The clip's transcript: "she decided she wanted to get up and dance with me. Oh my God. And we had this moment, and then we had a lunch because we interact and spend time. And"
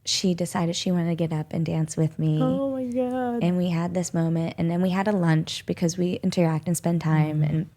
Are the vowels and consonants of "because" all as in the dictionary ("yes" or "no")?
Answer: yes